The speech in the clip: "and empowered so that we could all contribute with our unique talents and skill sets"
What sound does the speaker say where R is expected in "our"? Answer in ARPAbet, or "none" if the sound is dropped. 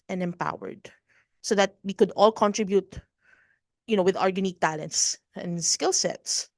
R